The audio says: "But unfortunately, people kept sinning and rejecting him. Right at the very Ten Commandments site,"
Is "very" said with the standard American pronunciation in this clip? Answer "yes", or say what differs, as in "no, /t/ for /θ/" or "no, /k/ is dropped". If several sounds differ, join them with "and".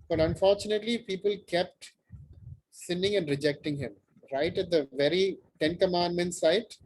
yes